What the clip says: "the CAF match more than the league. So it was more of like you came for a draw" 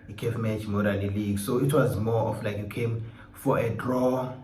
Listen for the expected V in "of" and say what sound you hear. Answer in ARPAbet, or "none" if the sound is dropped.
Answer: F